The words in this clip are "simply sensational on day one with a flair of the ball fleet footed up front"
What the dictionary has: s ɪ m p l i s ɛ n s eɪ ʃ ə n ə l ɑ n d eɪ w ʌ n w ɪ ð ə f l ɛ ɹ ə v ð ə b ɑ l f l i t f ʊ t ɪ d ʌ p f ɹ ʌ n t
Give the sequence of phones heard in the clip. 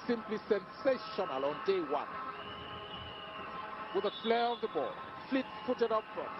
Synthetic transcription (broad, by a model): s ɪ m p l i s ɛ n s eɪ ʃ ə n ə l ɑ n d eɪ w ʌ n w ɪ ð ə f l ɛ ɹ ə v ð ə b ɑ l f l i t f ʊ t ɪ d ʌ p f ɹ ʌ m